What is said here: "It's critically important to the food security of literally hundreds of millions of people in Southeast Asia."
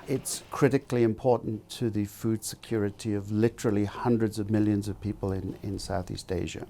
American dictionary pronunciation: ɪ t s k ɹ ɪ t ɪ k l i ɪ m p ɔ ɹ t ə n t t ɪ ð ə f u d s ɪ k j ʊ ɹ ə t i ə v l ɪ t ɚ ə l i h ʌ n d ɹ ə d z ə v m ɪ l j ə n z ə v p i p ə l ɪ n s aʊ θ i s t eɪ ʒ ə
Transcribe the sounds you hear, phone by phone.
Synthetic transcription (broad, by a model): ɪ t s k ɹ ɪ t ɪ k l i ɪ m p ɔ ɹ t n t t ɪ ð ə f u d s ɪ k j ʊ ɹ ə t i ə v l ɪ t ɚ l i h ʌ n d ɹ ə d z ə v m ɪ l j ə n z ə v p i p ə l ɪ n s aʊ θ i s t eɪ ʒ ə